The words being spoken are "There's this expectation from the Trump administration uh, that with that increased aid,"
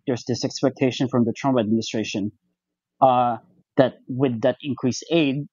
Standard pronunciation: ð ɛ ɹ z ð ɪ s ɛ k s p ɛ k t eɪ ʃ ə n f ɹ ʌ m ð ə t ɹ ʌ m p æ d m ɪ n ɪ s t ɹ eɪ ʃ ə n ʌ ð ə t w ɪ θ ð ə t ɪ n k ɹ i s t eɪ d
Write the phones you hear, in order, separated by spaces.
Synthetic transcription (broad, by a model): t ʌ ɹ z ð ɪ s ɛ k s p ɛ k t eɪ ʃ ə n f ɹ ʌ m ð ə t ɹ ʌ m p æ d m ɪ n ɪ s t ɹ eɪ ʃ ə n ð ə t w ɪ ð ə t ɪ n k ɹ i s eɪ d